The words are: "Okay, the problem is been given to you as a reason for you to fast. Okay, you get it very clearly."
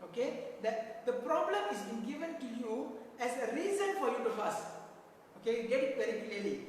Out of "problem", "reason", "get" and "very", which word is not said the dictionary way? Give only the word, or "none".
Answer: very